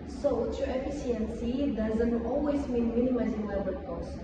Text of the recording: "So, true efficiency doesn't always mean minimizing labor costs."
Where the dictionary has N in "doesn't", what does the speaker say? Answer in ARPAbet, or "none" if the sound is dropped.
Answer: N